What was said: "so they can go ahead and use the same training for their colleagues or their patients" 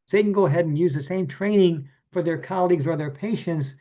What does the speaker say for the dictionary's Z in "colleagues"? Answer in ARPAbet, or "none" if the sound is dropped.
Z